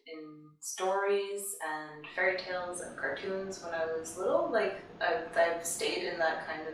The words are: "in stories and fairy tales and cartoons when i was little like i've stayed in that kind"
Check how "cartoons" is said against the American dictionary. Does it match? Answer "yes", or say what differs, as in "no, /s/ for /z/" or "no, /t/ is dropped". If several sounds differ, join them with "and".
yes